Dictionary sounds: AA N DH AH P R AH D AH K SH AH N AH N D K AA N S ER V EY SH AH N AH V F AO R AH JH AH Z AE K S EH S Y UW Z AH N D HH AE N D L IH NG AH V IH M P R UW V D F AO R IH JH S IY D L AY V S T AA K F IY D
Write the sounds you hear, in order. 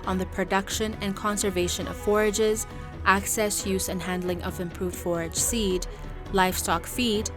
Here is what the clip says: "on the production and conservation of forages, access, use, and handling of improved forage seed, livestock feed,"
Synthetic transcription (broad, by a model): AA N DH AH P R AH D AH K SH AH N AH N K AA N S ER V EY SH AH N AH V F AO R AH JH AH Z AE K S EH S Y UW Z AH N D HH AE N D L IH NG AH V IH M P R UW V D F AO R IH JH S IY D L AY F S T AA K F IY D